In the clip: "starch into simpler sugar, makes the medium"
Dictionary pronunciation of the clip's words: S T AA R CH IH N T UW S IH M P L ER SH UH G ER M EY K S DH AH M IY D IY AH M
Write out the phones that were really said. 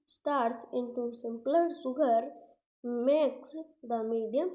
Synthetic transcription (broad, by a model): S T AA R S IH N T UW S IH M P L ER S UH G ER M EY K S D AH M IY D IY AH M